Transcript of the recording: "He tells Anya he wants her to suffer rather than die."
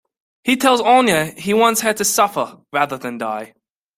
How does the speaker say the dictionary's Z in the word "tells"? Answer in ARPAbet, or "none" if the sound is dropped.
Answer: Z